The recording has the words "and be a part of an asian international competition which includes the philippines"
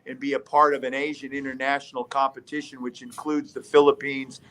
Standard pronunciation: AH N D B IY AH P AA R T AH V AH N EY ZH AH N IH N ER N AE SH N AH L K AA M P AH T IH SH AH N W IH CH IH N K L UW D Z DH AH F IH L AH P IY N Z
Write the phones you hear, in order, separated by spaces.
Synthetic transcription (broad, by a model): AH N B IY AH P AA R T AH V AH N EY ZH AH N IH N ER N AE SH N L K AA M P AH T IH SH AH N W IH CH IH N K L UW D Z DH AH F IH L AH P IY N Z